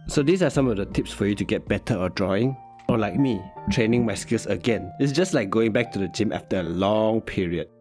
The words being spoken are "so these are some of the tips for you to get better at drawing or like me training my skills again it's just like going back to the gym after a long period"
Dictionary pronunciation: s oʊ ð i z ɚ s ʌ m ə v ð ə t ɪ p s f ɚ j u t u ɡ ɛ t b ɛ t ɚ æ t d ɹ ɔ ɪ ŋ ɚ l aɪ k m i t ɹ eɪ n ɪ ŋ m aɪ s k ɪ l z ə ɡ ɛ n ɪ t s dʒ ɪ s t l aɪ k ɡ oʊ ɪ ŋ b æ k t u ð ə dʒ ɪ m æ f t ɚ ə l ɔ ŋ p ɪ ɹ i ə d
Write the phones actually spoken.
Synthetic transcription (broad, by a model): s oʊ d i s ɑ s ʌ m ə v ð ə t ɪ p s f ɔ j u t u ɡ ɛ t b ɛ t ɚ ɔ d ɹ ɔ ɪ ŋ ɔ l aɪ k m i t ɹ eɪ n ɪ ŋ m aɪ s k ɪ l s ə ɡ ɛ n ɪ t s dʒ ɪ s t l aɪ k ɡ oʊ ɪ ŋ b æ k t u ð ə dʒ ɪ m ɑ f t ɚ ə l ɔ ŋ p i ɹ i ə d